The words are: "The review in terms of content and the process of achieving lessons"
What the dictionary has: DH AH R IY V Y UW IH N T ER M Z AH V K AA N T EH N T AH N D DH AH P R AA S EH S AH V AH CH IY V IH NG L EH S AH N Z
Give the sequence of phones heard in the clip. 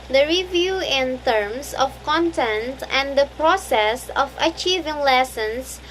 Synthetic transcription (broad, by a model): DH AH R IY V Y UW IH N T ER M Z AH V K AA N T EH N T AH N D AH P R AA S EH S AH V AH CH IY V IH NG L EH S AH N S